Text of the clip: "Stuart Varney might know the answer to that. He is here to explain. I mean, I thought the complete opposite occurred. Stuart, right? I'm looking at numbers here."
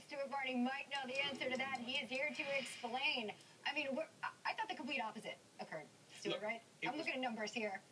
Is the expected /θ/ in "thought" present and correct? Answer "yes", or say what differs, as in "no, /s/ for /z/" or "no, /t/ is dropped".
yes